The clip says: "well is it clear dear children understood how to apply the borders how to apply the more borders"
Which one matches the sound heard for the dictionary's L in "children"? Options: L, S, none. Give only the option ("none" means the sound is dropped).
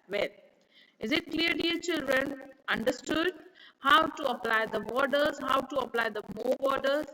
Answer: L